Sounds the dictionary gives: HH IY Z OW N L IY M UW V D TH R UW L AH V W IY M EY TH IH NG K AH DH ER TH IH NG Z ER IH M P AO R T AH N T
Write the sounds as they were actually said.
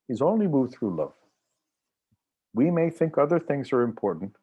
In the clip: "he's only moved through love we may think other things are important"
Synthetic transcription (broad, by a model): HH IY Z OW N L IY M UW V D TH R UW L AH V W IY M EY TH IH NG K AH DH ER TH IH NG Z ER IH M P AO R T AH N T